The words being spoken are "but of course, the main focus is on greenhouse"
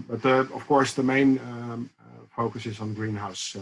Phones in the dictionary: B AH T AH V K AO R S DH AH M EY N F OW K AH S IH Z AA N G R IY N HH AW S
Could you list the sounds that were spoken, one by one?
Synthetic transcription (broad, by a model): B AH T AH F K AO R S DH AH M EY N F OW K AH S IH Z AA N G R IY N HH AW S